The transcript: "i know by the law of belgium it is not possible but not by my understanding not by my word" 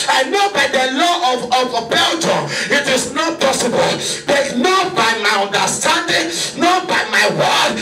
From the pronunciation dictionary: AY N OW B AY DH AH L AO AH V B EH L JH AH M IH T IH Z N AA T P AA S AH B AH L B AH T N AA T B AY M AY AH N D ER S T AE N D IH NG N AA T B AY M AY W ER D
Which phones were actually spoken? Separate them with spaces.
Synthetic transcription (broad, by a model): AY N OW B AY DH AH L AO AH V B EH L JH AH IH T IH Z N AA T P AA S AH B AH L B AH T N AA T B AY M AY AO N D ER S T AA N D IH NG N AA T B AY M AY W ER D